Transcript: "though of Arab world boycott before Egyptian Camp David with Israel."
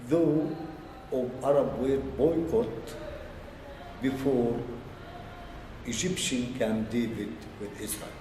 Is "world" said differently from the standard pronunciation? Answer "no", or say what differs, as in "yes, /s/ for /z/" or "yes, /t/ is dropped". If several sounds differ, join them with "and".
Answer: yes, /l/ is dropped